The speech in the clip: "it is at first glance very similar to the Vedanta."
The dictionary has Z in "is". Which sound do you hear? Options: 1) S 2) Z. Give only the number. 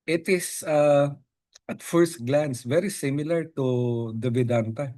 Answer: 1